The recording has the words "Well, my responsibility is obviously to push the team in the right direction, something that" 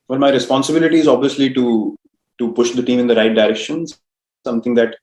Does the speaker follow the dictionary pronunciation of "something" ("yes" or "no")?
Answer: no